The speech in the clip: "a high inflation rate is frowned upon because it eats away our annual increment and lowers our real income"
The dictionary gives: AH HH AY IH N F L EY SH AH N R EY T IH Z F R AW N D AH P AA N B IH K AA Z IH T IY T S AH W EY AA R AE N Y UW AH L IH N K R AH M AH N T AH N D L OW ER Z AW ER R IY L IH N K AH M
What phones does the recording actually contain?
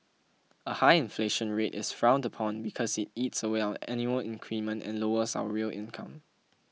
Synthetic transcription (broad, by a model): AH HH AY IH N F L EY SH AH N R EY T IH S F R AW N D AH P AA N B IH K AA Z IH T IY T S AH W EY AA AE N Y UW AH L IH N K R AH M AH N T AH N L OW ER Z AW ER R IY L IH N K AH M